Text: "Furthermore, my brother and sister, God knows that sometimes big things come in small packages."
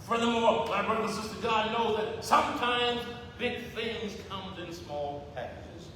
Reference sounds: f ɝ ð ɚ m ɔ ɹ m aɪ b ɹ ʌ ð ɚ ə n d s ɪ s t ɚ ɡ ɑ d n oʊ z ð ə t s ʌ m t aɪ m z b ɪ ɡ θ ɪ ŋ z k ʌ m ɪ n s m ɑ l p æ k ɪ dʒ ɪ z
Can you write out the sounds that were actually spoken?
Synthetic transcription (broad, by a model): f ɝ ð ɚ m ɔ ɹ m aɪ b ɹ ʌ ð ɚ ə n s ɪ s t ɚ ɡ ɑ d n oʊ ð ə t s ʌ m t aɪ m z b ɪ ɡ θ ɪ ŋ z k ʌ m ɪ n s m ɑ l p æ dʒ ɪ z